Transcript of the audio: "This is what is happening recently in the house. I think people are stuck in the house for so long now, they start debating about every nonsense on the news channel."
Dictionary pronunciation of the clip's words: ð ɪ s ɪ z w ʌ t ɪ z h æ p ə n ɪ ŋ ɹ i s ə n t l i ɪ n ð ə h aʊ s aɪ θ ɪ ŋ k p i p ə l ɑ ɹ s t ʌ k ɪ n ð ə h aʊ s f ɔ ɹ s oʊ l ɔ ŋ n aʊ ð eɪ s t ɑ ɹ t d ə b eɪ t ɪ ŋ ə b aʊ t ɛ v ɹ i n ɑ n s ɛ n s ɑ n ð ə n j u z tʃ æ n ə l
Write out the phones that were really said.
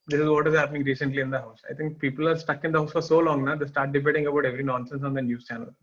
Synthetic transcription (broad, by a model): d ɪ s ɪ z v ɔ t ɪ z h æ p ə n ɪ ŋ ɹ i s ə n t l i ɪ n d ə h aʊ s aɪ t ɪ ŋ k p i p ə l ɑ ɹ s t ʌ k ɪ n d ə h aʊ s f ɔ ɹ s oʊ l ɔ ŋ n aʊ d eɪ s t ɑ ɹ t d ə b eɪ t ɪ ŋ ə b aʊ t ɛ v ɹ i n ɑ n s ɛ n s ɑ n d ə n j u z tʃ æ n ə l